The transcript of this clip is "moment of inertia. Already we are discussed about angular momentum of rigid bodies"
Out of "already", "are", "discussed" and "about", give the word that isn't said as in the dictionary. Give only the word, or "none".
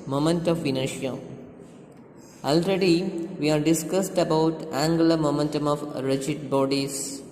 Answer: none